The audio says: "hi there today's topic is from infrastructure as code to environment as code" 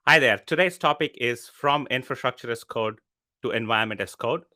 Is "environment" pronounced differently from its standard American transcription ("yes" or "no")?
yes